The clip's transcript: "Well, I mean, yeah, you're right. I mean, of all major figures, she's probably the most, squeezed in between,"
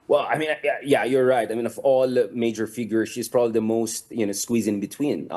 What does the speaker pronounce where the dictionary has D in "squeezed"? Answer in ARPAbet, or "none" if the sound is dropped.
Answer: none